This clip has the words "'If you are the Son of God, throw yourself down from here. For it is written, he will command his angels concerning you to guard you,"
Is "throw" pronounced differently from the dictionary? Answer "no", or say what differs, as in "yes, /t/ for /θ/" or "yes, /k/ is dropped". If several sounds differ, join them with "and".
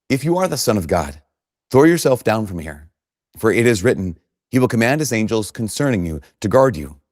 no